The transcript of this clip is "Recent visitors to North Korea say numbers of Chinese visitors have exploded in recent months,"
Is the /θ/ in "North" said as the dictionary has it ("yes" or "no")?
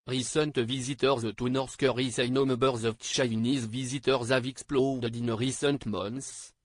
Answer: no